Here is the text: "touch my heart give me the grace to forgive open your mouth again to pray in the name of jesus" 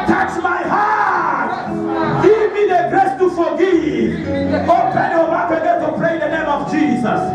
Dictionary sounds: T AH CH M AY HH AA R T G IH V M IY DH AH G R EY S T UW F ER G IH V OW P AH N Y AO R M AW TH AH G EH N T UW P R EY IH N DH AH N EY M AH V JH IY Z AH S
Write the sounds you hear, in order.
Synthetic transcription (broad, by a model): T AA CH M AY HH AA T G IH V M IY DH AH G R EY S T UW F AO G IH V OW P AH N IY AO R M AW T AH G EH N T UW P R EY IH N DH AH N EY M AH V JH IY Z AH S